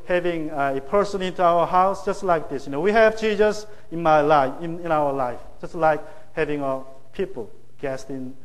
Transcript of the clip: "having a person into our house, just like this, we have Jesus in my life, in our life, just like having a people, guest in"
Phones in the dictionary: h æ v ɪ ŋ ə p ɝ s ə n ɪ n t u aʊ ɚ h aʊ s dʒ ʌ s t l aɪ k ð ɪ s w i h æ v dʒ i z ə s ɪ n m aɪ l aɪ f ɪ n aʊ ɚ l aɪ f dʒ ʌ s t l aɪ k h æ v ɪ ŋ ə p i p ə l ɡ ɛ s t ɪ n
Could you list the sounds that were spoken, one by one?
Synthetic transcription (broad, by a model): h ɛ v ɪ ŋ ə p ɝ s ə n ɪ n t u aʊ ɚ h aʊ s dʒ ʌ s t l aɪ k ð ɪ s w i h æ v tʃ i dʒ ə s ɪ n m aɪ l aɪ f ɪ n aʊ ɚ l aɪ f dʒ ʌ s t l aɪ k h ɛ v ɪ ŋ ə p i p ə l ɡ ɛ s t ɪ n